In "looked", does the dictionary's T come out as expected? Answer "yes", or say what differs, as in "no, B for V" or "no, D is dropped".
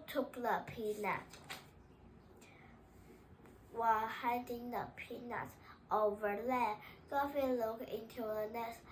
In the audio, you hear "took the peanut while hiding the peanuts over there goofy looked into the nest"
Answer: no, T is dropped